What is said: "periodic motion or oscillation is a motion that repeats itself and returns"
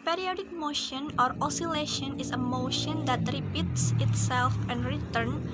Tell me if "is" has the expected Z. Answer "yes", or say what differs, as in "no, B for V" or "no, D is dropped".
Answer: no, S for Z